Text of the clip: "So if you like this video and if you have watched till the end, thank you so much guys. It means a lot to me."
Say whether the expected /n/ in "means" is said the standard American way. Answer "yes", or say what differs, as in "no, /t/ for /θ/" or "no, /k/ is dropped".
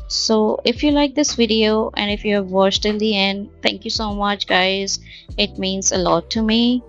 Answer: yes